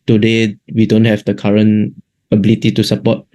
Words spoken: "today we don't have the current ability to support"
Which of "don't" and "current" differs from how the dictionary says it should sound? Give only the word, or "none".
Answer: current